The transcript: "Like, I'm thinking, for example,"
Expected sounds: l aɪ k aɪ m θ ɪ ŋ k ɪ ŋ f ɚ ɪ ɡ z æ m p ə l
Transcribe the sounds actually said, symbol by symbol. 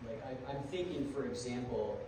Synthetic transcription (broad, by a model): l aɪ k aɪ m θ ɪ ŋ k ɪ ŋ f ɚ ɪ ɡ z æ m p l